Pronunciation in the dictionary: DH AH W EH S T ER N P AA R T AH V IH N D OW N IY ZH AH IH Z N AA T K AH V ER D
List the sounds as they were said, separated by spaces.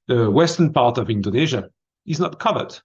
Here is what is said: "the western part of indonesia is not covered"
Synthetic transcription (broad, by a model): DH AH W EH S T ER N P AA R T AH V IH N D OW N IY ZH AH IH Z N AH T K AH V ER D